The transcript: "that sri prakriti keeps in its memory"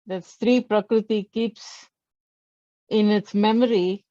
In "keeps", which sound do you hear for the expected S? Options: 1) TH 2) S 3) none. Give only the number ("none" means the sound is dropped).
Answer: 2